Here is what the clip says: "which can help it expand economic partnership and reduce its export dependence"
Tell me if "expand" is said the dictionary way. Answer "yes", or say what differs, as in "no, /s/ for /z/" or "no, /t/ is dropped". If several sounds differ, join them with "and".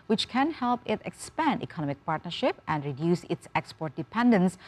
yes